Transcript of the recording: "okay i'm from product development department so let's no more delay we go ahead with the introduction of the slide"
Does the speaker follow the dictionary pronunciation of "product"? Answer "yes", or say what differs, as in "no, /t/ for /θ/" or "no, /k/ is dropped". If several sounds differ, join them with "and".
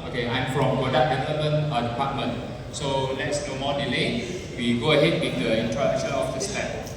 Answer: no, /k/ is dropped